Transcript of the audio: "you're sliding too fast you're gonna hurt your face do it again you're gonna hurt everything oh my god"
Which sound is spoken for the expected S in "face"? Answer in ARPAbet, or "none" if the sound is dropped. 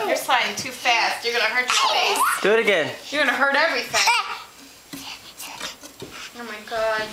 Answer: none